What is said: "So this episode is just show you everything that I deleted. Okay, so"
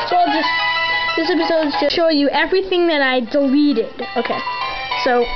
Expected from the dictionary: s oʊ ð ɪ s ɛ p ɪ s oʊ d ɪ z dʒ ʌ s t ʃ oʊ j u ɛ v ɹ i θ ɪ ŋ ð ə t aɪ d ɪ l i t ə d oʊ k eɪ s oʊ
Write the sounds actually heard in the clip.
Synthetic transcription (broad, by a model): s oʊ ð ɪ s ɛ p ɪ s oʊ d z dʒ ʌ ʃ oʊ j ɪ ɛ v ɹ i θ ɪ ŋ ð ə t aɪ d ɪ l i t ə d oʊ k eɪ s oʊ